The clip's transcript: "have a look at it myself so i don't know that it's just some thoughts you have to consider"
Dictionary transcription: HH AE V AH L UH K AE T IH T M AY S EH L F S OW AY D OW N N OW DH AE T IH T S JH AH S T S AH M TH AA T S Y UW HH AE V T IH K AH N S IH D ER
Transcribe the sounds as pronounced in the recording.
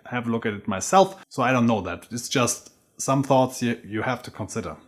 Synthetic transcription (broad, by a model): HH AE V AH L UH K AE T IH T M AY S EH L F S OW AY D OW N N OW DH AE T IH T S JH AH S T S AH M TH AA T S Y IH HH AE F T IH K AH N S IH D ER